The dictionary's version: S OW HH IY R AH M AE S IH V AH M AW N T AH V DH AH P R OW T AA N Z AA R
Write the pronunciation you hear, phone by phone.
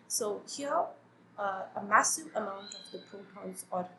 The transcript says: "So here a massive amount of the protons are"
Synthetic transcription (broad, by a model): S OW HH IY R AH M AE S IH V AH M AW N T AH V DH AH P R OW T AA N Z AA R